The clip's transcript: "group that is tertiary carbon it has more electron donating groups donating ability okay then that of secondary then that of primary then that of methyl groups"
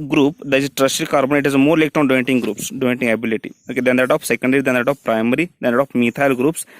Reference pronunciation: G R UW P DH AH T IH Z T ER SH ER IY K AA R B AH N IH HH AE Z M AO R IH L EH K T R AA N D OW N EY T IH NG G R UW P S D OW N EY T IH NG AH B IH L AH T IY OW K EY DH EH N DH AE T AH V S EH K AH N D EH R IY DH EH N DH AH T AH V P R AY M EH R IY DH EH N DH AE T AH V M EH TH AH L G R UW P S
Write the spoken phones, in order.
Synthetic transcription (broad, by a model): G R UW P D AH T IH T T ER S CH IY K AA R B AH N IH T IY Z M AO R L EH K T AA N D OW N T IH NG G R UW P S D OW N T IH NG AH B IH L AH T IY OW K EY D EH N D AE T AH F S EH K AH N D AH R IY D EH N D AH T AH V P R AY M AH R IY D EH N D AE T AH F M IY T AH L G R UW P S